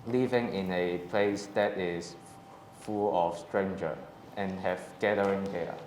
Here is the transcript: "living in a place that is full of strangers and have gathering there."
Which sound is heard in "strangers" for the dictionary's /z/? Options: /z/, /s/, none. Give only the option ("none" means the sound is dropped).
none